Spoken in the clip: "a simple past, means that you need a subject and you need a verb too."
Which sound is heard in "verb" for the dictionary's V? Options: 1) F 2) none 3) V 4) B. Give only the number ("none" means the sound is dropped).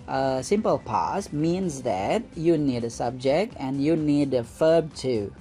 1